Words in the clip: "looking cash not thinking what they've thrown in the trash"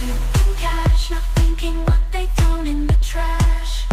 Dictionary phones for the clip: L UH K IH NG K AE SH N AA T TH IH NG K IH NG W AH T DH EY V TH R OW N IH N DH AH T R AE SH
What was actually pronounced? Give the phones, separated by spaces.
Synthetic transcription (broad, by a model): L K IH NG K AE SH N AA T TH IH NG K IH NG W AH T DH EY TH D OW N IH N DH AH T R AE SH